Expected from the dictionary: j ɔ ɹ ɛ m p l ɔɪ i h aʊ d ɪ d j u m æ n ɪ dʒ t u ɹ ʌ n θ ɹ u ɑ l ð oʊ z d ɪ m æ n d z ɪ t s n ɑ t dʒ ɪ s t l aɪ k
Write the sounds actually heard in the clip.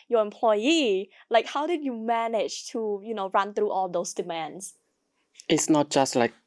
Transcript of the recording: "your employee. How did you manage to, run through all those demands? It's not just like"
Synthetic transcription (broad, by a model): j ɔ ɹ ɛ m p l ɔɪ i h aʊ d ɪ d j u m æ n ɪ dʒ t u ɹ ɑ n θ ɹ u ɑ l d oʊ s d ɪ m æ n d s ɪ t s n ɑ t dʒ ɪ s t l aɪ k